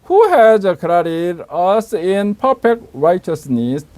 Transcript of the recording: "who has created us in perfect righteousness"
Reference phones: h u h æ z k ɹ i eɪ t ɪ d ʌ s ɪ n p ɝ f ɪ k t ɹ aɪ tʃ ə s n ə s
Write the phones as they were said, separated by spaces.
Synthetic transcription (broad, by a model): h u h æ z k ɹ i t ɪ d ʌ s ɪ n p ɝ p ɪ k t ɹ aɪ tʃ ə s n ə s